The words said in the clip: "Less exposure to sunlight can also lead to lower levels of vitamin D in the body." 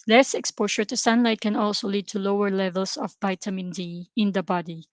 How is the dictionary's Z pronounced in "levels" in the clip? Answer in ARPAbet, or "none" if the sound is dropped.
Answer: S